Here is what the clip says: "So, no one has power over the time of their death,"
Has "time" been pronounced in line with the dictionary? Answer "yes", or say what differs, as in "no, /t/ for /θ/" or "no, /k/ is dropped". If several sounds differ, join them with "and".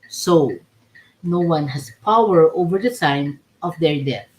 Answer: no, /s/ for /t/